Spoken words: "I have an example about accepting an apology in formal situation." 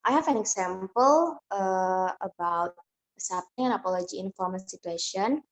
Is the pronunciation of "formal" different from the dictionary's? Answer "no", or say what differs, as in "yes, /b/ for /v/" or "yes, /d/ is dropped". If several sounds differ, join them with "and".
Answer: yes, /n/ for /l/